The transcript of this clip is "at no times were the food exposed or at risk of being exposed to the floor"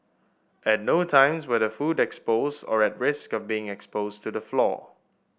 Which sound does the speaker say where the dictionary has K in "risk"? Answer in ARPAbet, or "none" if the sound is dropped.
K